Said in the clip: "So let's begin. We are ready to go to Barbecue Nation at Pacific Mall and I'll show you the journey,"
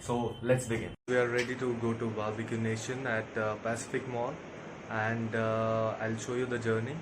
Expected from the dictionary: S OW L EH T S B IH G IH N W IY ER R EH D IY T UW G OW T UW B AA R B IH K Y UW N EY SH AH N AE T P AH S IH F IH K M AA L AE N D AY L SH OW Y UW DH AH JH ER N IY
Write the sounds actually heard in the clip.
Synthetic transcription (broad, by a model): S OW L EH T S B IH G IH N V IY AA R EH D IY T UW G OW T UW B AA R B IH K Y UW N EY SH AH N AE T P AH S IH F IH K M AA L AE N D AY L SH OW Y UW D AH JH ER N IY